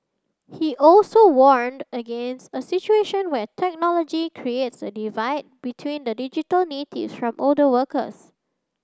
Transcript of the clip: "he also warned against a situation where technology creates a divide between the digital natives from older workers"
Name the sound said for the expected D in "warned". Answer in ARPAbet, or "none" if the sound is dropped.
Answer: D